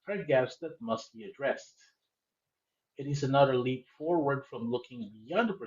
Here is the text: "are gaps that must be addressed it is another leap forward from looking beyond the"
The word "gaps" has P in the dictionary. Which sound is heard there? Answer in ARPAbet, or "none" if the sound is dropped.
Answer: none